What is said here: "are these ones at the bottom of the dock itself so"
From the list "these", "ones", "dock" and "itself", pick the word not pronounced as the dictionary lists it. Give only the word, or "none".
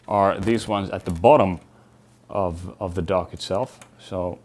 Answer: none